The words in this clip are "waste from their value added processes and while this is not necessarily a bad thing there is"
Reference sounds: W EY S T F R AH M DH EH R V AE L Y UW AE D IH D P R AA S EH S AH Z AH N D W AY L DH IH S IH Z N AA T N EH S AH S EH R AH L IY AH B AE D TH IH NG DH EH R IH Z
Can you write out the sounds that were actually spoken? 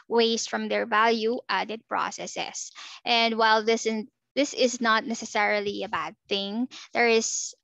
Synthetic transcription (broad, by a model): W EY S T F R AH M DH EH R V AE L Y UW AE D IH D P R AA S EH S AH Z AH N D W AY L DH IH S IH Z N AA T N EH S AH S EH R AH L IY AH B AE D TH IH NG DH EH R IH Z